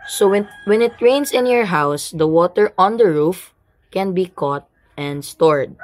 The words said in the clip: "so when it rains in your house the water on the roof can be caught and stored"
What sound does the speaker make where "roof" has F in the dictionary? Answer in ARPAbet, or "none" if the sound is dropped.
F